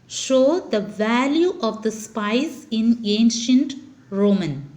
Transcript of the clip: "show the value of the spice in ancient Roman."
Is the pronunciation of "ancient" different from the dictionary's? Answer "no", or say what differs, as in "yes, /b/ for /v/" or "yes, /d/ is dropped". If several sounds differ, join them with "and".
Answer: no